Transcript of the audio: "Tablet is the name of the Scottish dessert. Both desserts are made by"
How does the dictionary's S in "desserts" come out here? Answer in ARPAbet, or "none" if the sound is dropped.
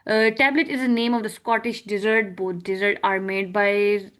none